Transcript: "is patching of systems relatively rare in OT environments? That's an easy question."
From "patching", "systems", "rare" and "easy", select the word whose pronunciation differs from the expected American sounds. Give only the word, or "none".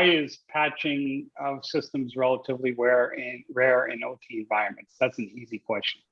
none